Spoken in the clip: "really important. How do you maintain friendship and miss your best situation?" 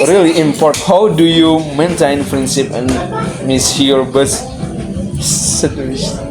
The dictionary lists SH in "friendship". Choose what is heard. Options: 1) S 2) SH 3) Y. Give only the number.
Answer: 1